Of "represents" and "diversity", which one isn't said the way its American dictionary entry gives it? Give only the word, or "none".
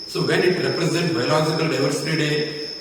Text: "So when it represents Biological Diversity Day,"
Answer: represents